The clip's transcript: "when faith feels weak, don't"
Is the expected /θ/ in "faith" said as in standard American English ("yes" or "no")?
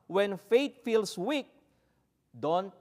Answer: no